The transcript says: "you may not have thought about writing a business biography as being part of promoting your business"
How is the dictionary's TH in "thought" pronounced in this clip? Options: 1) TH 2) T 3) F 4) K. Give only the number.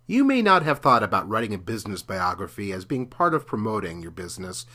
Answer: 1